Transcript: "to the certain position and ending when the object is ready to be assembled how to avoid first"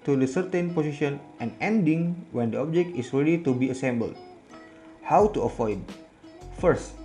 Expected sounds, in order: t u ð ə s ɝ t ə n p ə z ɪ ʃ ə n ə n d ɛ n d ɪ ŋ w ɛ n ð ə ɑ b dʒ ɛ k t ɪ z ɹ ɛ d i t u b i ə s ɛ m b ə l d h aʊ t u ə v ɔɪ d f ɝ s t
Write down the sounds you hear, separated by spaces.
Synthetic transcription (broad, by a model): t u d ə s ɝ t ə n p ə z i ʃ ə n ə n ɛ n d ɪ ŋ w ɛ n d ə ɑ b dʒ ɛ k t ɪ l ɹ ɛ d i t u b i ə s ɛ m b ə l d h aʊ t u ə f ɔɪ d f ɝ s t